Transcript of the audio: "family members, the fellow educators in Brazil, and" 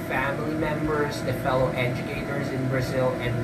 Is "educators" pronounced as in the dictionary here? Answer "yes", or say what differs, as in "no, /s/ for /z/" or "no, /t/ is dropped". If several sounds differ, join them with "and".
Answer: yes